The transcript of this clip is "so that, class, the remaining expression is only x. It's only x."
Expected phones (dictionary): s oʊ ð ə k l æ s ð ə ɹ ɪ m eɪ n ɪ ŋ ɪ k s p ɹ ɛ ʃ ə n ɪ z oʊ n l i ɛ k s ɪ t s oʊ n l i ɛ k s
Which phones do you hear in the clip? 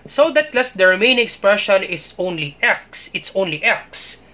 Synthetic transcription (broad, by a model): s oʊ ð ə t l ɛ s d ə ɹ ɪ m eɪ ɪ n ɪ k s p ɹ ɛ ʃ ə n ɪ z oʊ n l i ɛ k s ɪ t s oʊ n l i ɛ k s